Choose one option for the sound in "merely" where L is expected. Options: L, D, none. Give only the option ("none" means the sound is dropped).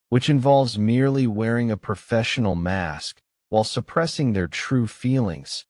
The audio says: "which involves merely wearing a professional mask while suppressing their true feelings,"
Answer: L